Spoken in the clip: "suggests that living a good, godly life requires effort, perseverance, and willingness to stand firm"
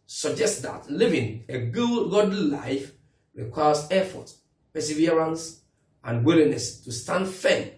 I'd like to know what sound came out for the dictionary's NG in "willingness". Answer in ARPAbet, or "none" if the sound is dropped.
none